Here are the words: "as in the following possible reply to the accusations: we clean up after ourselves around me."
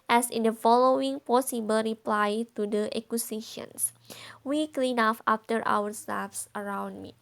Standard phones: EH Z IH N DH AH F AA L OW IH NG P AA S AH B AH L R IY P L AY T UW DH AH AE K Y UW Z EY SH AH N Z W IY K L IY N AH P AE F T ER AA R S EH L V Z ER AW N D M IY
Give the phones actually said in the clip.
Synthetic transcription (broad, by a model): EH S IH N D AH F AA L OW IH NG P AA S AH B AH L R IY P L AY T UW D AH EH K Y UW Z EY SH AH N S W IY K L IY N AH F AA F T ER AA R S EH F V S ER AW N D M IY